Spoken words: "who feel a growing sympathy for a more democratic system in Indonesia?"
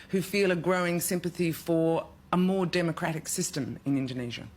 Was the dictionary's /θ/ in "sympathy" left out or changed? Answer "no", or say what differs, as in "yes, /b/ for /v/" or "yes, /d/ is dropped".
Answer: no